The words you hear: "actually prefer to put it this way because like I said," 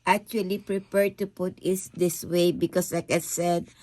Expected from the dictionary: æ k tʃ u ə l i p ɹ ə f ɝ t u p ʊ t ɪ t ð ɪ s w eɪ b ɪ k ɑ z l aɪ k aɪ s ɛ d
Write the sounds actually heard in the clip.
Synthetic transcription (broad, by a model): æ k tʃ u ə l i p ɹ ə p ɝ t u p ʊ t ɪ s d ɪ s w eɪ b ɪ k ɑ s l aɪ k aɪ s ɛ d